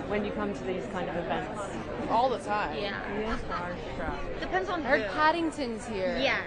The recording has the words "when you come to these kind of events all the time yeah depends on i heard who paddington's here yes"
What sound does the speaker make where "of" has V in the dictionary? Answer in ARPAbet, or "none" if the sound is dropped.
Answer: V